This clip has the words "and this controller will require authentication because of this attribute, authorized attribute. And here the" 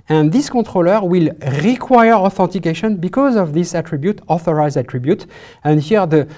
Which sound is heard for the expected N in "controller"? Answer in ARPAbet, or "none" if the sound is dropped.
none